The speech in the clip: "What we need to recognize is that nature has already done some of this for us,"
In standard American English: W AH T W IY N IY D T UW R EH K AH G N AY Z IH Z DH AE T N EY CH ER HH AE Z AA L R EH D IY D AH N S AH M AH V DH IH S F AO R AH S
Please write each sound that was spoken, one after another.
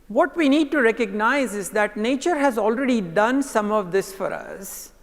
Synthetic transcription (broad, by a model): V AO T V IY N IY D T UW R EH K AH G N AY Z IH Z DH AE T N EY CH ER HH AE Z AA L R EH D IY D AH N S AH M AH V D IH S F AO R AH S